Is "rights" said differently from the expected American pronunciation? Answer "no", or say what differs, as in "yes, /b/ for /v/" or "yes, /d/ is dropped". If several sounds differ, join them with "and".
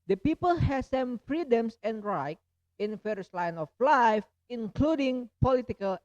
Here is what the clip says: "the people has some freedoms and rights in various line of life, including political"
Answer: yes, /s/ is dropped